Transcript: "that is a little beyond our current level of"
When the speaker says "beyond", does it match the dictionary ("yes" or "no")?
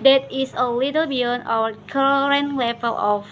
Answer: no